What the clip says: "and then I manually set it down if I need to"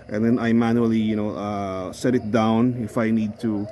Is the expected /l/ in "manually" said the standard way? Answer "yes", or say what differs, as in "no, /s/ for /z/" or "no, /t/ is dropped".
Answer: no, /n/ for /l/